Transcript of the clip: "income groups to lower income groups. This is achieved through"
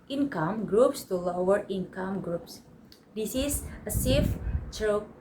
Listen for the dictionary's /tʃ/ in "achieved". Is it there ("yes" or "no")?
no